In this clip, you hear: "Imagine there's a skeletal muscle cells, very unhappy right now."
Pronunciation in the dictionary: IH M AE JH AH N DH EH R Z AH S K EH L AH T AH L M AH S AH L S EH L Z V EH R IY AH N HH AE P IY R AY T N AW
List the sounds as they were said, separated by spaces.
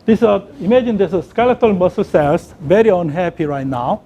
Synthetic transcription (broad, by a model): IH M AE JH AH N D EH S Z AH S K EH L AH T AH L M AH S AH L S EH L S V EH R IY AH N HH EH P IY R AY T N AW